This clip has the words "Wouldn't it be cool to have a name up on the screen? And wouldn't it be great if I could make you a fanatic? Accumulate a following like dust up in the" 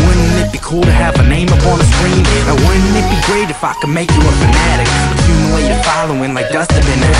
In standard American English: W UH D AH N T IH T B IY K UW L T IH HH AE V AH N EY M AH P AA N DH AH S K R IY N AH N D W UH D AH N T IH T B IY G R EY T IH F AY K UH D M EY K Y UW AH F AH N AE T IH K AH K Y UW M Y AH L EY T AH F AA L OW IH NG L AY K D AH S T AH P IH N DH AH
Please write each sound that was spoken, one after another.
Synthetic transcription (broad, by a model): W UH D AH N IH T B IY K UW L T IH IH V AH N EY M AH P AA N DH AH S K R IY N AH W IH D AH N IH T B IY G R EY T IH F AY K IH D M EY K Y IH AH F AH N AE T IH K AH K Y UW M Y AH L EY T AH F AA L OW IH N L AY K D AH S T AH B IH N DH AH